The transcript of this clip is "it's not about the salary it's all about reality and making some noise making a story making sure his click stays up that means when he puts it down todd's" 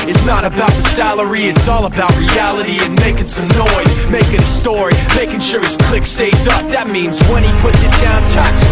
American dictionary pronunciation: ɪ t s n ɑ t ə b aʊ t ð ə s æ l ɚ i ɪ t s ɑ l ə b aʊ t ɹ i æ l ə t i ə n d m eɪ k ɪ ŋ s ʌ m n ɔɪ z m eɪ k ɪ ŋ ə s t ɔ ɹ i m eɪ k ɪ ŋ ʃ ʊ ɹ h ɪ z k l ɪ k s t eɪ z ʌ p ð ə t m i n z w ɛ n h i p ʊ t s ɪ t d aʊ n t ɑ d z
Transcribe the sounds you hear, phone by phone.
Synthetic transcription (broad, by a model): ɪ t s n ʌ t ə b aʊ t ð ə s æ l ɚ i ɪ t s ɑ l ə b aʊ t ɹ i æ l ə t i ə n m eɪ k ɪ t s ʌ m n ɔɪ z m eɪ k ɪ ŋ ə s t ɔ ɹ i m eɪ k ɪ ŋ ʃ ʊ ɹ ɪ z k l ɪ k s t eɪ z ʌ p ð ə t m i n z w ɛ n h i p ʊ t s ɪ t d aʊ n t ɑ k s